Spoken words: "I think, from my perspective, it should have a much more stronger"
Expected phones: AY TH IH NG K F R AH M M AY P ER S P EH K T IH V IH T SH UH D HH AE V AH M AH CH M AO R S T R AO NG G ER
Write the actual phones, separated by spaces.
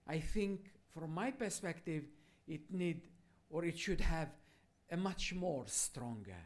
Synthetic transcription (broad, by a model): AY TH IH NG K F R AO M M AY P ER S P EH K T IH V IH T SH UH D HH AE V AH M AH CH M AO R S T R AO NG G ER